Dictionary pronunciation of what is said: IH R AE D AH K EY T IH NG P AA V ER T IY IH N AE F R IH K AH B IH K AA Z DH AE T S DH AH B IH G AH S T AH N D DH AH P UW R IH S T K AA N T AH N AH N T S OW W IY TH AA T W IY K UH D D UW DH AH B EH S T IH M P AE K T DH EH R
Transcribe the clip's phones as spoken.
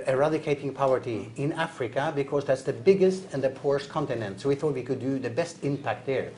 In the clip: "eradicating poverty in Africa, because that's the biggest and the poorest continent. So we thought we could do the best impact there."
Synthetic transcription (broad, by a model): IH R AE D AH K EY T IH NG P AA V ER T IY IH N AE F R IH K AH B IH K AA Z DH AE T S DH AH B IH G AH S T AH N DH AH P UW R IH S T K AA N T AH N AH N T S OW W IY TH AA T W IY K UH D D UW DH AH B EH S T IH M P AE K T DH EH R